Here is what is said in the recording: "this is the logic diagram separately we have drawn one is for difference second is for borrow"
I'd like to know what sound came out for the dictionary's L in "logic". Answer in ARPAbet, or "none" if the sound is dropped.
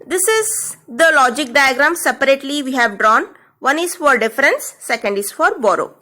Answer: L